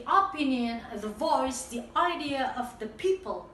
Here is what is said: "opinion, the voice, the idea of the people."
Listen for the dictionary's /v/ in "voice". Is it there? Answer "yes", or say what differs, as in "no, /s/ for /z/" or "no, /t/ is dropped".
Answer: yes